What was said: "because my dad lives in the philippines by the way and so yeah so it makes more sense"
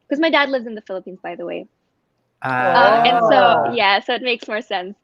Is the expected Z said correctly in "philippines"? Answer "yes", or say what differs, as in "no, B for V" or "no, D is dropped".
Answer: yes